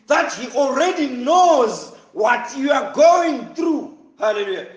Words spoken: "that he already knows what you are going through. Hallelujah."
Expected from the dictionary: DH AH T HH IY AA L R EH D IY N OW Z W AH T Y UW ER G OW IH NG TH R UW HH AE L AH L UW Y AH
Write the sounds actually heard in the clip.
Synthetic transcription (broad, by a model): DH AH T HH IY AA L R EH D IY N OW Z W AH T Y UW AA G OW IH NG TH R UW HH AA L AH L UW Y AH